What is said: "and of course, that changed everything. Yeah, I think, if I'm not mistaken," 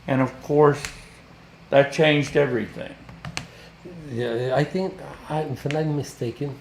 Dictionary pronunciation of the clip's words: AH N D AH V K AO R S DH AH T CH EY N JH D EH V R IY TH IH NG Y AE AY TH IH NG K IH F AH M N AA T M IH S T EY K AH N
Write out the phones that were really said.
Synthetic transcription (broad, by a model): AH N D AH V K AO R S DH AH T CH EY N JH D EH V R IY TH IH NG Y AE AY TH IH NG K IH F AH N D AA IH M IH S T EY K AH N